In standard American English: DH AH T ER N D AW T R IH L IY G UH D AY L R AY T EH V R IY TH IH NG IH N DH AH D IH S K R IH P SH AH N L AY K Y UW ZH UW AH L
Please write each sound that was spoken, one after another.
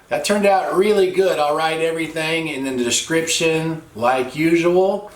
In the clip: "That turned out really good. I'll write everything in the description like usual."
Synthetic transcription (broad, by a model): DH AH T ER N D AW T R IH L IY G UH D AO L R AY T EH V R IY TH IH NG IH N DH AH D IH S K R IH P SH AH N L AY K Y UW ZH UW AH L